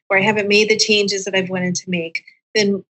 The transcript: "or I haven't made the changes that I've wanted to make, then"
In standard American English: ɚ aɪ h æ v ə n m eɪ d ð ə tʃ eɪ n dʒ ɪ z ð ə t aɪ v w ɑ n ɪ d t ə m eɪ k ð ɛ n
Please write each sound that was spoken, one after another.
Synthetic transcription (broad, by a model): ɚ aɪ h æ v ə n m eɪ d ð ə tʃ eɪ n dʒ ɪ z ð ə t aɪ v w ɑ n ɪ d t ə m eɪ k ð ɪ n